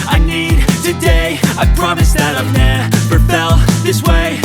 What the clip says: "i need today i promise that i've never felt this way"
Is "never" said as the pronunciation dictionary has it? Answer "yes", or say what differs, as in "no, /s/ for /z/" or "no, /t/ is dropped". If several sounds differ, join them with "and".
no, /p/ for /v/